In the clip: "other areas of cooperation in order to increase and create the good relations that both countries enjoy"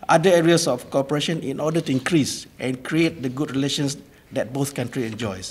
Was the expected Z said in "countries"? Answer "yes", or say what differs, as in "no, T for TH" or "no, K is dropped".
no, Z is dropped